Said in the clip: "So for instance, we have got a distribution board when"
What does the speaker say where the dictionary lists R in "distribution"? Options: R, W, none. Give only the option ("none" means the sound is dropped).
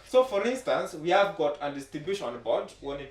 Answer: none